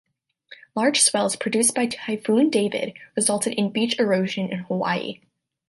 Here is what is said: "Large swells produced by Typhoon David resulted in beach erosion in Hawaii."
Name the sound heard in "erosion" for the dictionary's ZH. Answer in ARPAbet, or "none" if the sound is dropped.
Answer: ZH